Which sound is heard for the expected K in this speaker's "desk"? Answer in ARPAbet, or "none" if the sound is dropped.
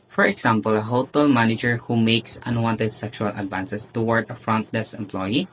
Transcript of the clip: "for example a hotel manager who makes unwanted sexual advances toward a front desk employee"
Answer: none